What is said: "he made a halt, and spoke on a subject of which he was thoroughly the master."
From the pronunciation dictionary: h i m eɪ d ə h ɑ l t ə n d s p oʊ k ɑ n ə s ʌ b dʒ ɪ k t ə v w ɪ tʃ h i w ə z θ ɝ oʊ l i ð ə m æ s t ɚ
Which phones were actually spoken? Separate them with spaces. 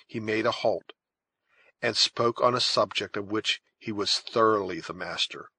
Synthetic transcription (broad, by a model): h i m eɪ d ə h ɑ l t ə n s p oʊ k n ə s ʌ b dʒ ɪ k t ə v w ɪ tʃ h i w ə z θ ɝ oʊ l i ð ə m æ s t ɚ